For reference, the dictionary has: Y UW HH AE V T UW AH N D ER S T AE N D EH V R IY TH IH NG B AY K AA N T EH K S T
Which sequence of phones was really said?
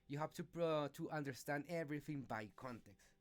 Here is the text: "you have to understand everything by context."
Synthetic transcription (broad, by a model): Y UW HH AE P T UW AH N D ER S T AE N D EH V R IY TH IH NG B AY K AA N T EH K S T